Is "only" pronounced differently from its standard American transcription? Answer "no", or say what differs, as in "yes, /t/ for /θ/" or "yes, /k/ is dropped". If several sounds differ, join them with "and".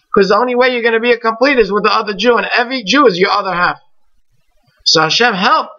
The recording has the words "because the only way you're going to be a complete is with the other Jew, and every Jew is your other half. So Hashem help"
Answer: no